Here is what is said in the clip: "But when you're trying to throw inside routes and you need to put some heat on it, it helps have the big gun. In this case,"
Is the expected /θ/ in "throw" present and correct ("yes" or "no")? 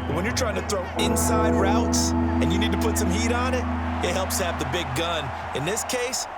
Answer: yes